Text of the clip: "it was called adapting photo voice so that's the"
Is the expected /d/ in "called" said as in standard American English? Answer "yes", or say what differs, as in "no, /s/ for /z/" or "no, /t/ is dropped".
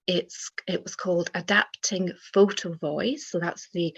yes